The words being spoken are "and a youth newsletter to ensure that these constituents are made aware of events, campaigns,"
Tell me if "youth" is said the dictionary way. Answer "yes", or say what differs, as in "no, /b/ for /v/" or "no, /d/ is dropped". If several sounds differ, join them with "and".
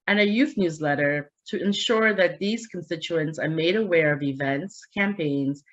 yes